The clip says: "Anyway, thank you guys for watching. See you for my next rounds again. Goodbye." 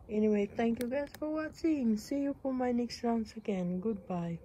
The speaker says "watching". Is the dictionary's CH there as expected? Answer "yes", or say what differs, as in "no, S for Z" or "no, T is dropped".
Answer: no, S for CH